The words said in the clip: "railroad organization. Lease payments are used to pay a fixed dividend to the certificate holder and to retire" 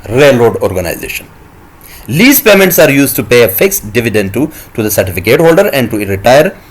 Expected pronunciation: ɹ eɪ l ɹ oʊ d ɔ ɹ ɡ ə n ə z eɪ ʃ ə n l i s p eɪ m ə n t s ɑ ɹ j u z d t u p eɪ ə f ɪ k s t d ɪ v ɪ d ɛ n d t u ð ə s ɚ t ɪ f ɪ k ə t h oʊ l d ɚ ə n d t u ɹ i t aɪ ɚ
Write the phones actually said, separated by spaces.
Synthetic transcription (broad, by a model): ɹ eɪ l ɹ oʊ d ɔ ɹ ɡ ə n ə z eɪ ʃ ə n l i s p eɪ m ə n t s ɑ ɹ j u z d t u p eɪ ə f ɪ k s t d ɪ v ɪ d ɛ n d t u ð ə s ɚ t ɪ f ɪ k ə t h oʊ l d ɚ ə n d t u ɹ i t aɪ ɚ